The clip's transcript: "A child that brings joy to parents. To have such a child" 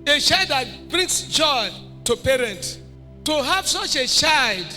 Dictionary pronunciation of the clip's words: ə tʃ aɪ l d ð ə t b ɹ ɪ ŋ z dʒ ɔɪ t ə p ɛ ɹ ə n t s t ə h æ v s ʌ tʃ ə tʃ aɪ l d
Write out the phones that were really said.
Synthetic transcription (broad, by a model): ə tʃ aɪ l d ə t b ɹ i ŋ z dʒ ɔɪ t ə p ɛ ɹ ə n t t ə h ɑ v s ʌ tʃ ə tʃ aɪ l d